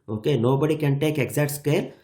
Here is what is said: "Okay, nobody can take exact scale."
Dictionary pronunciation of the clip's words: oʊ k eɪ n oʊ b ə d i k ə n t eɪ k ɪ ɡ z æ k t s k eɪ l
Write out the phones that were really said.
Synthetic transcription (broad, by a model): oʊ k eɪ n oʊ b ə d i k ə n t eɪ k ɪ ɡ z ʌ t s k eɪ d